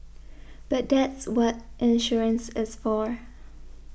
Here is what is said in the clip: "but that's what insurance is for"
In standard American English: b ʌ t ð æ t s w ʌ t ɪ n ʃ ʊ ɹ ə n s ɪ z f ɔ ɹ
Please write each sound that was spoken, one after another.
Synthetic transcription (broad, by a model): b ʌ t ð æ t s w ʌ t ɪ n ʃ ʊ ɹ ə n s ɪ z f ɔ ɹ